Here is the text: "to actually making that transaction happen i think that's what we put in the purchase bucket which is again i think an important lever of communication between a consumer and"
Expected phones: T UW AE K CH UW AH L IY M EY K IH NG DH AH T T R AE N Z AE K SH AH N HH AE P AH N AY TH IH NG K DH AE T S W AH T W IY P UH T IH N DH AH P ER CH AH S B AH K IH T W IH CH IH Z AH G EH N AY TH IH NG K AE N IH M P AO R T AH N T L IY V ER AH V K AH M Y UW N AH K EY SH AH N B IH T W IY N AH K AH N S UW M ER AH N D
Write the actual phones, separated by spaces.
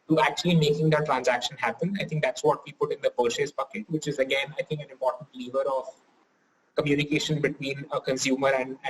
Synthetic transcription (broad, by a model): T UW AE K CH UW AH L IY M EY K IH NG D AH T T R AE N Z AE K SH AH N HH AE P AH N AY T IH NG K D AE T S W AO T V IY P UH T IH N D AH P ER SH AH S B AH K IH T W IH CH IH Z AH G EH N AY T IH NG K AE N IH M P AO R T AH N T L IY V ER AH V K AH M Y UW N AH K EY SH AH N B IH T W IY N AH K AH N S UW M ER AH N D